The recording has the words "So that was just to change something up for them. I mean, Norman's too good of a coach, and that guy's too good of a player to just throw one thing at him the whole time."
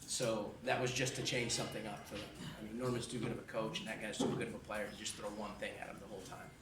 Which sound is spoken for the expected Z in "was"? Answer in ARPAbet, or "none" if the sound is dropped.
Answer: Z